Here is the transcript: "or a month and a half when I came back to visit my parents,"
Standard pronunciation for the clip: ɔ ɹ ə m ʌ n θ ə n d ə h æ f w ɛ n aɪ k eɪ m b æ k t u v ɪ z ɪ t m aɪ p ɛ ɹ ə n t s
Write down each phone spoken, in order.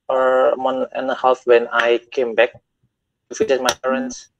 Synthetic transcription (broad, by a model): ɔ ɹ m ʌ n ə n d ə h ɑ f w ɛ n aɪ k eɪ m b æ k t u f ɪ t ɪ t m aɪ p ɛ ɹ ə n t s